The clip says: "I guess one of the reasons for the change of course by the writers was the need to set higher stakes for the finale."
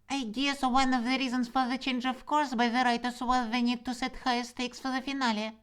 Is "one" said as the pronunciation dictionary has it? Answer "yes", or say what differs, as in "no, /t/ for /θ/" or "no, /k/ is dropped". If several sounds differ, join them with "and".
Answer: yes